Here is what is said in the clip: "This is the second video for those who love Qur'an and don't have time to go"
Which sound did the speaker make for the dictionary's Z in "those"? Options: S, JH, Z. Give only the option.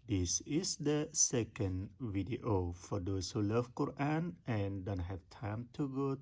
S